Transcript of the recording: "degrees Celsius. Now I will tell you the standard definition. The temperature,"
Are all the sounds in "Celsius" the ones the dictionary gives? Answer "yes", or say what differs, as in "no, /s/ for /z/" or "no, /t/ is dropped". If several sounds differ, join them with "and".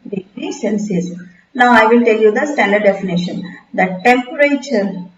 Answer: no, /n/ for /l/